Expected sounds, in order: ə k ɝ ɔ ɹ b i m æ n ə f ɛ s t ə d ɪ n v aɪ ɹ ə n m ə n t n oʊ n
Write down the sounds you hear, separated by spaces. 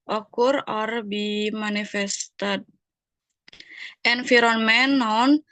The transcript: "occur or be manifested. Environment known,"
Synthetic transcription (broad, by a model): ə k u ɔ ɹ b i m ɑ n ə f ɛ s t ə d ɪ n f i ɹ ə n m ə n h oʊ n